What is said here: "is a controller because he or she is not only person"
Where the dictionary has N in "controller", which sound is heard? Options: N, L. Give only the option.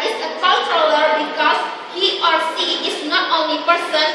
L